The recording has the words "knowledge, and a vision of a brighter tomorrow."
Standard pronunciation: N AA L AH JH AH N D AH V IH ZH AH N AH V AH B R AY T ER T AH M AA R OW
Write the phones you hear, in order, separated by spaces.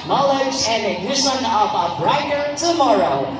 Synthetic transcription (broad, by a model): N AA L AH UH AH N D AH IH S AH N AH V AH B R AY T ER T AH M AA R OW